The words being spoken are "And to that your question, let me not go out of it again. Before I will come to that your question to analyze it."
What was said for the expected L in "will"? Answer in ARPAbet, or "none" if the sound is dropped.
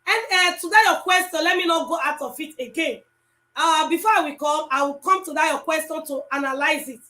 W